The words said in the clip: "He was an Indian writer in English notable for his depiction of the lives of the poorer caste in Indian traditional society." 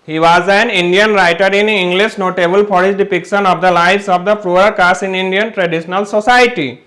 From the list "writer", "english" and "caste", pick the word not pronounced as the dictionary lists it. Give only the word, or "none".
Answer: caste